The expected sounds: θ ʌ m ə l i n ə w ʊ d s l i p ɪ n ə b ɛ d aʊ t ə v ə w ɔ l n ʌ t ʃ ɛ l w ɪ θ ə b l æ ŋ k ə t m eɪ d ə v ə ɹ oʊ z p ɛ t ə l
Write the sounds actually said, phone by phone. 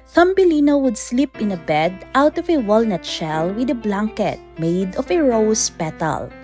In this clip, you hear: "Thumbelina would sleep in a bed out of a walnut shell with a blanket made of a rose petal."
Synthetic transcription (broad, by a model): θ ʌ m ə l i n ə w ʊ d s l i p ɪ n ə b ɛ d aʊ t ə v ə w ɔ l n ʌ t ʃ ɛ l w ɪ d ə b l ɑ ŋ k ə t m eɪ d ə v ə ɹ oʊ s p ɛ t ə l